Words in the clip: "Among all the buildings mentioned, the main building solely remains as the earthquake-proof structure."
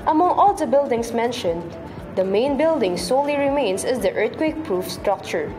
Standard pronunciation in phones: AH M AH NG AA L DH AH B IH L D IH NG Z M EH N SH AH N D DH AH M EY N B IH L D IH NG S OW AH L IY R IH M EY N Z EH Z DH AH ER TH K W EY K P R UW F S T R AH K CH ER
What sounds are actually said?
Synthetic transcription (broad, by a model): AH M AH NG AA L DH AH B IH L D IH NG S M EH N SH AH N D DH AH M EY N B IH L D IH NG S OW AH L IY R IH M EY N S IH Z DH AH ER T K W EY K P R UW F S T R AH K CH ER